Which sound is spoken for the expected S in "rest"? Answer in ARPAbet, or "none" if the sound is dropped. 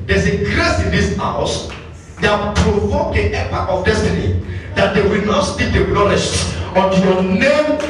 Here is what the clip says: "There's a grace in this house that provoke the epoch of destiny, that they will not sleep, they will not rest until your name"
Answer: SH